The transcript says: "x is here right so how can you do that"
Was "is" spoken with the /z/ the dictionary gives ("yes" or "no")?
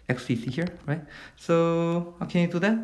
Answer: no